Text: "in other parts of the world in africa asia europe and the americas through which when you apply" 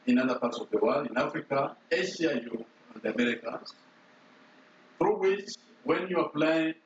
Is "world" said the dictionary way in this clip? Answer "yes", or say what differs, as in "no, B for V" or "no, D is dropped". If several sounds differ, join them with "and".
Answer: no, D is dropped